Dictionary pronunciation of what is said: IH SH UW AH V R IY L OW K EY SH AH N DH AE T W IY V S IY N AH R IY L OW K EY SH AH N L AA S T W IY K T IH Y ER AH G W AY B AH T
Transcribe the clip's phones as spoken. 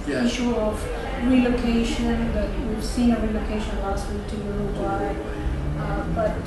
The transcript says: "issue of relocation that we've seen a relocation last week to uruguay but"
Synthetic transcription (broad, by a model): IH SH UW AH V R IY L OW K EY SH AH N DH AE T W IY S IY AH R IY L OW K EY SH AH N L AA S T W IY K T IH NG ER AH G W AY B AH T